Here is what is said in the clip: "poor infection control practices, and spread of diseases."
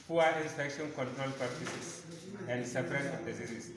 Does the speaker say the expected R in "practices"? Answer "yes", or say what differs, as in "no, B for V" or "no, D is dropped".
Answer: no, R is dropped